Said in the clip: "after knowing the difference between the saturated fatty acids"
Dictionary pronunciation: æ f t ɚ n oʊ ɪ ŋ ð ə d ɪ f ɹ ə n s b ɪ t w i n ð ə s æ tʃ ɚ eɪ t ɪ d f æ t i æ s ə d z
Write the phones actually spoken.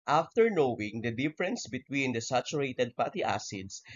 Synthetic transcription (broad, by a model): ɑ f t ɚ n oʊ ɪ ŋ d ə d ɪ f ɹ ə n s b ɪ t w i n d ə s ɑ tʃ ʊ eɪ t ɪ d p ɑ t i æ s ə d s